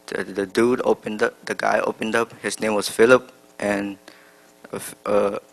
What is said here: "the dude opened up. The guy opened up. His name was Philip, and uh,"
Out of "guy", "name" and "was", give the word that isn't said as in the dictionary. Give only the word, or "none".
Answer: was